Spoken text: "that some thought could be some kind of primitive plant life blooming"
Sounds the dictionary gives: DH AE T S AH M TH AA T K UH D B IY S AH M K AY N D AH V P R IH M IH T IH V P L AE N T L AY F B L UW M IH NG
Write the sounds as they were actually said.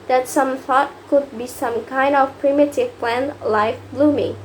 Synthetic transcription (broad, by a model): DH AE T S AH M TH AA T K UH D B IY S AH M K AY N D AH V P R IH M IH T IH V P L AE N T L AY F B L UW M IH